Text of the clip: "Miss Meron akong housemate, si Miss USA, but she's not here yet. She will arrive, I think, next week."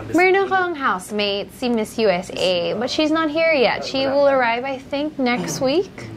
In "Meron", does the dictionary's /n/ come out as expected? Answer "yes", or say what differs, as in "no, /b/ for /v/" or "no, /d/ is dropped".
no, /n/ is dropped